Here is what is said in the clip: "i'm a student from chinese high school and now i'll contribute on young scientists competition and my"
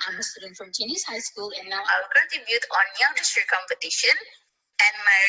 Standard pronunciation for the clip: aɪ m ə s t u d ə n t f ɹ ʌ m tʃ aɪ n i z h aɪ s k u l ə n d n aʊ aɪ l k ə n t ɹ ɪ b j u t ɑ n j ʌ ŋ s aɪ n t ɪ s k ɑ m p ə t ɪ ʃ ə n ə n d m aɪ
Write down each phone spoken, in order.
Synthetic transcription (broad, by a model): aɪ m ə s t u d ə n t f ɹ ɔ m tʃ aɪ n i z h aɪ s k u l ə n n aʊ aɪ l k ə t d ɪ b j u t ɑ n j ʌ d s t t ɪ k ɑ m p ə t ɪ ʃ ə n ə n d m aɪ